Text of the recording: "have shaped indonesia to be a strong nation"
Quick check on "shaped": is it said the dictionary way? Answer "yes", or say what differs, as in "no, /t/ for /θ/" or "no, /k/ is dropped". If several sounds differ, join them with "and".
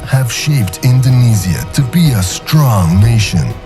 yes